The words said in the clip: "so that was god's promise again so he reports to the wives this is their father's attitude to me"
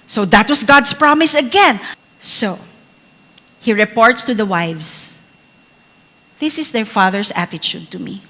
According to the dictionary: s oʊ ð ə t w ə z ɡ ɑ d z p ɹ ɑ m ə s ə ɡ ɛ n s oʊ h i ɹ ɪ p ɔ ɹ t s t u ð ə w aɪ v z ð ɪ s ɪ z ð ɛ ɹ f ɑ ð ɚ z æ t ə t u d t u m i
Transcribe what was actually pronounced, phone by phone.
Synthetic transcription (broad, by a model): s oʊ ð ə t w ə s ɡ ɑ d s p ɹ ɑ m ə s ə ɡ ɛ n s oʊ h i ɹ ɪ p ɔ ɹ t s t u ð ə w aɪ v s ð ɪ s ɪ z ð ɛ ɹ f ɑ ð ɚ s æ t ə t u d t u m i